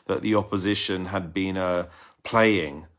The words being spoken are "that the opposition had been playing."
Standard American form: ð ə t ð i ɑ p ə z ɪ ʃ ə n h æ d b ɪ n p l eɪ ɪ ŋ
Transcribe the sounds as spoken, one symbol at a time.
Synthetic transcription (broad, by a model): ð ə t ð i ɑ p ə z ɪ ʃ ə n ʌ d b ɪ n p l eɪ ɪ ŋ